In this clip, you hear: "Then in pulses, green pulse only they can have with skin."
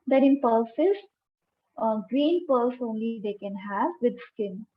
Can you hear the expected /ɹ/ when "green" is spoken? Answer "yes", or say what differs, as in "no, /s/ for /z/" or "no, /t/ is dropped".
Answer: yes